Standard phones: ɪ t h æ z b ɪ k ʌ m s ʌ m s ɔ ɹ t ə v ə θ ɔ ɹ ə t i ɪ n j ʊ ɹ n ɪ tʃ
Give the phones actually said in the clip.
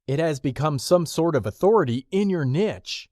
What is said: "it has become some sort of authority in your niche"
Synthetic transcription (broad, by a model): ɪ t h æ z b ɪ k ʌ m s ʌ m s ɔ ɹ t ə v ə θ ɔ ɹ ə t i ɪ n j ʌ ɹ n ɪ tʃ